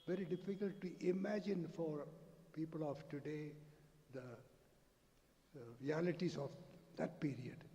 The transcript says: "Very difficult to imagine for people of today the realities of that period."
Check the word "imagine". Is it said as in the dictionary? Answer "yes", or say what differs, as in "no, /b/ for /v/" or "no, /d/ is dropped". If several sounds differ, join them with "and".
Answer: yes